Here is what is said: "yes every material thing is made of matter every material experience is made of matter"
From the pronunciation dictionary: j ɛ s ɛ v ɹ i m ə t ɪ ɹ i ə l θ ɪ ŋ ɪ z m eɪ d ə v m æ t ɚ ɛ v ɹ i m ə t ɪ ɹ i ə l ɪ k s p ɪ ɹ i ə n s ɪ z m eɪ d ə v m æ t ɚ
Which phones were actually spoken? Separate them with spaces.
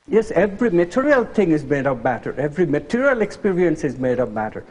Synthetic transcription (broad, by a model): j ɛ s ɛ v ɹ i m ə t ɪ ɹ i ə l t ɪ ŋ ɪ z m eɪ d ə v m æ t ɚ ɛ v ɹ i m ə t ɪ ɹ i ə l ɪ k s p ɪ ɹ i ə n s ɪ z m eɪ d ə v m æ t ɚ